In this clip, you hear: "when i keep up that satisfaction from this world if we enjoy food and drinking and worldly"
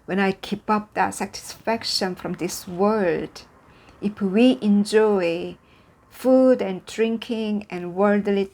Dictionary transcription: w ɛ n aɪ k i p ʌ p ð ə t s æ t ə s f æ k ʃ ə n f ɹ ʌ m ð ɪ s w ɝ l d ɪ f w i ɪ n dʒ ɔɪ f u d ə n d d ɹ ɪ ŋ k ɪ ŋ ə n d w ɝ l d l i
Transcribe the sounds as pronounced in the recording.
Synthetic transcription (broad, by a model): w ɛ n aɪ k i p ʌ p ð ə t s æ t ə s f æ k ʃ ə n f ɹ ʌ m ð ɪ s w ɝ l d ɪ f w i ɪ n dʒ ɔɪ f u d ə n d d ɹ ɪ ŋ k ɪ ŋ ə n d w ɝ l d l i